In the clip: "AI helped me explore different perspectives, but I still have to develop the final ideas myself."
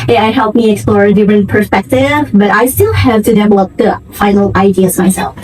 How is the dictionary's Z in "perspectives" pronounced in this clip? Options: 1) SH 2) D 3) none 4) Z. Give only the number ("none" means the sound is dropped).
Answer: 3